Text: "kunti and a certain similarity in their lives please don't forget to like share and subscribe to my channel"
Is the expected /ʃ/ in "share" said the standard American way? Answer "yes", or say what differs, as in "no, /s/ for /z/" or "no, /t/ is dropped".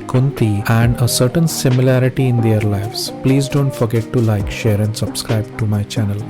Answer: yes